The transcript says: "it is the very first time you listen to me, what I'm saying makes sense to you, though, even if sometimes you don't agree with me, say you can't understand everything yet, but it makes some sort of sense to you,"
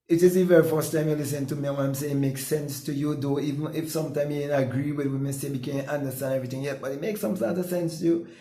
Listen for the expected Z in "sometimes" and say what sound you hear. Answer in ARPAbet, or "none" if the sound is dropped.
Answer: none